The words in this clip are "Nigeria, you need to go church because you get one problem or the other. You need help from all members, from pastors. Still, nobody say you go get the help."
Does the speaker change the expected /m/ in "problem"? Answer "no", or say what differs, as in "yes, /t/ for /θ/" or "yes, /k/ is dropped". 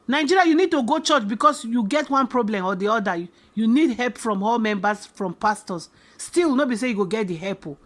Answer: no